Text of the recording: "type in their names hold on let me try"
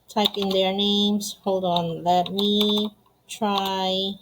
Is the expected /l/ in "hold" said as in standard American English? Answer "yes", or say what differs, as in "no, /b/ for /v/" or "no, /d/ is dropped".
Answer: yes